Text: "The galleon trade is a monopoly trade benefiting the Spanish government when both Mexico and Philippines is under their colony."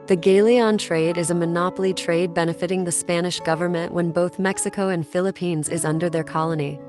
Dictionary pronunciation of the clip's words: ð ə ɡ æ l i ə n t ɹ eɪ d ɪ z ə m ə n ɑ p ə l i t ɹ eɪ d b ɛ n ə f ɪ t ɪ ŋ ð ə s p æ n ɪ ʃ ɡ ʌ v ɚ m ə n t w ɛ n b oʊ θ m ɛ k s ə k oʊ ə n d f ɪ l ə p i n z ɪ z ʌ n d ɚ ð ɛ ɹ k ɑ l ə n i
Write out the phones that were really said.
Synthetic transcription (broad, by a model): ð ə ɡ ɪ l i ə n t ɹ eɪ d ɪ z ə m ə n ɑ p l i t ɹ eɪ d b ɛ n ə f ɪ t ɪ ŋ ð ə s p æ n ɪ ʃ ɡ ʌ v ɚ m ə n t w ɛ n b oʊ θ m ɛ k s ə k oʊ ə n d f ɪ l ə p i n z ɪ z ʌ n d ɚ ð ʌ ɹ k ɑ l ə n i